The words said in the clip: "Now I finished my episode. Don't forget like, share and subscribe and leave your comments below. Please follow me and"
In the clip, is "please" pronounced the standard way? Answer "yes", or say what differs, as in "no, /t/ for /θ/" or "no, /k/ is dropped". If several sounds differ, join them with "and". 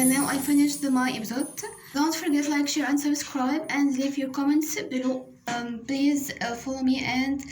yes